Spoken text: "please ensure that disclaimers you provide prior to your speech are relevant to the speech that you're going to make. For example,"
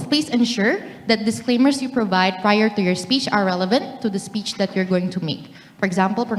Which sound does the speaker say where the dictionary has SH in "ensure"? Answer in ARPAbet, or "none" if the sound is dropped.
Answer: SH